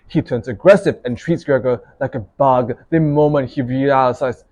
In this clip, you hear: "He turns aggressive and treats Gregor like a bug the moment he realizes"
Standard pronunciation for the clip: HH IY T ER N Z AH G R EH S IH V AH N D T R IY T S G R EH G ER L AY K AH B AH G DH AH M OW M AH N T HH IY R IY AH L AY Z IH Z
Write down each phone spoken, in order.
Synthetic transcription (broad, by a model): HH IY T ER N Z AH G R EH S IH V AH N T R IY T S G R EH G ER L AY K AH B AH G DH AH M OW M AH N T HH IY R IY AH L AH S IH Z